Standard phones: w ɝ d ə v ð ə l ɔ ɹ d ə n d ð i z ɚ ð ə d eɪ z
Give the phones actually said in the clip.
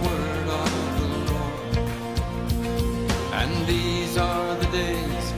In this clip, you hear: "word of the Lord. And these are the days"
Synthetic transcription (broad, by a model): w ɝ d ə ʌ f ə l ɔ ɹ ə n ð i z ɚ ð ə d eɪ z